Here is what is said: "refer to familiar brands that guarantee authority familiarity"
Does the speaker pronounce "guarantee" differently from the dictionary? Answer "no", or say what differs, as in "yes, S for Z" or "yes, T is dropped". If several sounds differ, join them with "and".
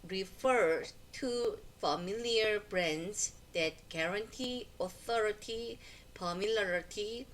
no